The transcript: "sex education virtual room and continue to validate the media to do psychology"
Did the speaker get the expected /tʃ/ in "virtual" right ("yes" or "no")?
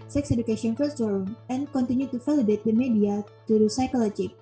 no